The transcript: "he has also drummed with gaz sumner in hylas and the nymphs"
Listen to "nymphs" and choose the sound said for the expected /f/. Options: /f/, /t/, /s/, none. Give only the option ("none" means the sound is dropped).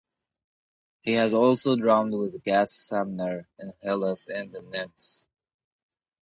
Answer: none